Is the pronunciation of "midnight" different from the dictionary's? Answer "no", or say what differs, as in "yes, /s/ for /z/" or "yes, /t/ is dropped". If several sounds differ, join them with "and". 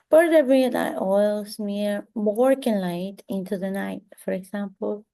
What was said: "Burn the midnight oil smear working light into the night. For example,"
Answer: yes, /n/ is dropped